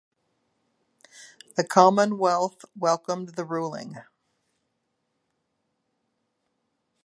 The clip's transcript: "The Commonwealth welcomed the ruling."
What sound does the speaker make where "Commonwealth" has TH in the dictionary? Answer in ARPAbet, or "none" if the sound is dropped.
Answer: TH